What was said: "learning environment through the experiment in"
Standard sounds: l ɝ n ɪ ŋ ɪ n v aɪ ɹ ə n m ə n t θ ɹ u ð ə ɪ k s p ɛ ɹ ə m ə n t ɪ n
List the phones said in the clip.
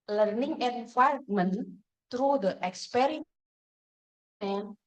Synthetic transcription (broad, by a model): l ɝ n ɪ ŋ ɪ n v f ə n m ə n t ɹ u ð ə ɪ k s p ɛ ɹ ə ə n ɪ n